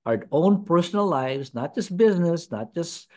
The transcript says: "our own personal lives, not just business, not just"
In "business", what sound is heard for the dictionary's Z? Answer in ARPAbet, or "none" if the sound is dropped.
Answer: Z